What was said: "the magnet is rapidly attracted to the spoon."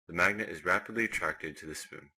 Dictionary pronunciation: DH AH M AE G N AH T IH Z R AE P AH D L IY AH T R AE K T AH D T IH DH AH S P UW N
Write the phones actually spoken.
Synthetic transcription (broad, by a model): DH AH M AE G N AH T IH Z R AE P AH D L IY AH T R AE K T AH D T IH DH AH S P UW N